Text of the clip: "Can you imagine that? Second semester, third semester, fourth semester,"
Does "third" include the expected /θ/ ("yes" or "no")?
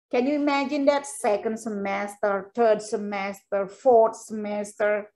no